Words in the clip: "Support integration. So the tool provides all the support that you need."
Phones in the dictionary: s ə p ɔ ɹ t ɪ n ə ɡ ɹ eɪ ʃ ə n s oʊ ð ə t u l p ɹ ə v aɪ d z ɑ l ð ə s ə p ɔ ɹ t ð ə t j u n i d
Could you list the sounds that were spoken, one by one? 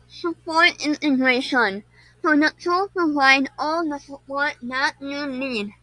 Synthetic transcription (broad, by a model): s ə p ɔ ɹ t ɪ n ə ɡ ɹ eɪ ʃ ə n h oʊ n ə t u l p ə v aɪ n ɑ l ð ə s ə p ɔ ɹ t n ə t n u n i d